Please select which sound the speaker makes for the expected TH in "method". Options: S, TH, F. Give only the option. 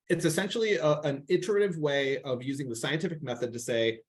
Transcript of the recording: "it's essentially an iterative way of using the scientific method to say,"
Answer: TH